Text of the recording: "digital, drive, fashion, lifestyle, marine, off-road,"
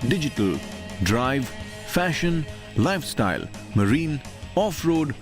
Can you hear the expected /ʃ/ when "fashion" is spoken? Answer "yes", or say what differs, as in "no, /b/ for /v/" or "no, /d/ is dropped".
yes